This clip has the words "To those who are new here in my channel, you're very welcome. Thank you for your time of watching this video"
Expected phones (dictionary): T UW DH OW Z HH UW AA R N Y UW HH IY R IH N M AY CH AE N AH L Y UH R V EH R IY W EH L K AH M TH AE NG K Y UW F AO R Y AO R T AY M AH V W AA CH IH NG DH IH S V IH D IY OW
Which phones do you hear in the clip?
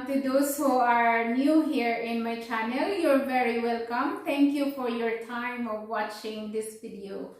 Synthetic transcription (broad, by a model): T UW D OW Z HH UW AA R N Y UW HH IY R IH N M AY CH AE N AH L Y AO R V EH R IY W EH L K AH M T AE NG K Y UW F AO R Y AO R T AY M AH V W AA CH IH NG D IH S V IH D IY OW